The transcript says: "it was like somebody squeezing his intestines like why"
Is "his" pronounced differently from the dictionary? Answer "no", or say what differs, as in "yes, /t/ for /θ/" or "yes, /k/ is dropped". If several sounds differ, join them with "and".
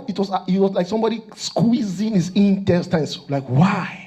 yes, /s/ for /z/